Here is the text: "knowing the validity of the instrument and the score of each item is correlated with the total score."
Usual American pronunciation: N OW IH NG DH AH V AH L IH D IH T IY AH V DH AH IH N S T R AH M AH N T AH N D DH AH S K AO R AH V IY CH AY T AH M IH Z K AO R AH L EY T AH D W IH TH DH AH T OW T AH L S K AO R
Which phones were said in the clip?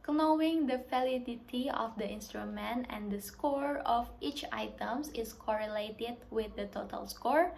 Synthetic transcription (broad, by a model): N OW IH NG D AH F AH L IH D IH T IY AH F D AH IH N S T R AH M AH N T AH N D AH S K AO R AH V IY CH AY T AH M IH S K AO R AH L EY T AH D W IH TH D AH T OW T AH L S K AO R